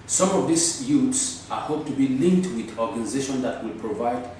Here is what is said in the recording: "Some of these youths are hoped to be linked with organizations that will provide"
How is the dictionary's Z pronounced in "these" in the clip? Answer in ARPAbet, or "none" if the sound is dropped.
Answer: S